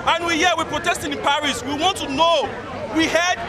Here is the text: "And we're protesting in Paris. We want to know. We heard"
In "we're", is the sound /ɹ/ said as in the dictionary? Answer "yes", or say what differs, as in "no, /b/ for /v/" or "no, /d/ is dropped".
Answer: no, /w/ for /ɹ/